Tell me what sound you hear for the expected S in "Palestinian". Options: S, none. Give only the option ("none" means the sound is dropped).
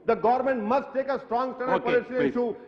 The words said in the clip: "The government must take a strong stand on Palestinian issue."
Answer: none